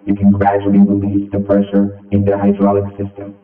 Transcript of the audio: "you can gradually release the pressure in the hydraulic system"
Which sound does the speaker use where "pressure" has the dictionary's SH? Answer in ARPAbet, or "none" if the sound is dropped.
SH